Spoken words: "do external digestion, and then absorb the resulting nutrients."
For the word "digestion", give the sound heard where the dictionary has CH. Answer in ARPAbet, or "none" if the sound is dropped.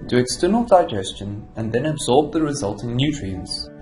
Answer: CH